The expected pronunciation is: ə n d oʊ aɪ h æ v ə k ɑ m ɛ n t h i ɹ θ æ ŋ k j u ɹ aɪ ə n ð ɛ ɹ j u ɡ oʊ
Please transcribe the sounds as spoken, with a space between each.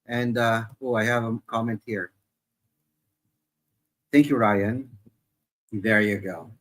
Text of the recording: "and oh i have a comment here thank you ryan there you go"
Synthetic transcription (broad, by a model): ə n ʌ oʊ aɪ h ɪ v ə k ɑ m ɛ n t h i ɹ θ æ ŋ k j u ɹ aɪ ə n ð ɛ ɹ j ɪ ɡ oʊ